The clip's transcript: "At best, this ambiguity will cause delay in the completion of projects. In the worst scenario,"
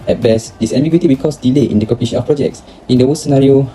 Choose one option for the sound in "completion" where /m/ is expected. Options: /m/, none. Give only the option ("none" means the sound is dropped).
none